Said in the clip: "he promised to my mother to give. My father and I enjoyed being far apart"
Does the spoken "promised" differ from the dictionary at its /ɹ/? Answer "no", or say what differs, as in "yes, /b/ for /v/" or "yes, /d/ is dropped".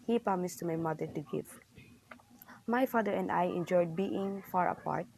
yes, /ɹ/ is dropped